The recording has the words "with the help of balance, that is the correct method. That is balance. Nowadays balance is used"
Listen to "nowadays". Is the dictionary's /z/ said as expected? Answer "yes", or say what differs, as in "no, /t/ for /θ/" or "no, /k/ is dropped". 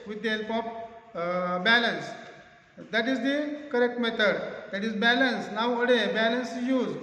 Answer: no, /z/ is dropped